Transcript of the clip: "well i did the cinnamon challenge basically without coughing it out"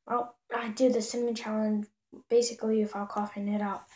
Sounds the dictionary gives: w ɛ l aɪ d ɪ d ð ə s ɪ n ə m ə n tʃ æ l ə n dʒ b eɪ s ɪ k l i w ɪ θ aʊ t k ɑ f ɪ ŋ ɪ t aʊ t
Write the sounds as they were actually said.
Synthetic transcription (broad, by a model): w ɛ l aɪ d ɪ ð ə s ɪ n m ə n tʃ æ l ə n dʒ b eɪ s ɪ k l i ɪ f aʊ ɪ k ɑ f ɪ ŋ ɪ t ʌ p